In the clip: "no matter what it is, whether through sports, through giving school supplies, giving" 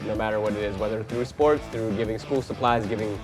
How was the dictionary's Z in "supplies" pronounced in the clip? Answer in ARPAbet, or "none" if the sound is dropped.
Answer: Z